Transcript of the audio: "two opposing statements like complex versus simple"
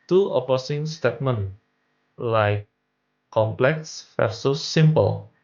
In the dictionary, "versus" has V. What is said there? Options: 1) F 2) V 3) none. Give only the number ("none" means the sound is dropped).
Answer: 1